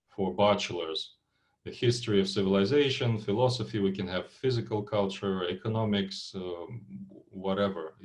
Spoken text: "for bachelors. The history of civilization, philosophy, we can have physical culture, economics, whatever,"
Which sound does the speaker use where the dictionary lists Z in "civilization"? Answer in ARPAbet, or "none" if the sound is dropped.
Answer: Z